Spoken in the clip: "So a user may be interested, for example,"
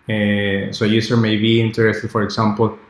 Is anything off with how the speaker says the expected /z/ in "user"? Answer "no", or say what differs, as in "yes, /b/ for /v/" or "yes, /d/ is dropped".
yes, /s/ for /z/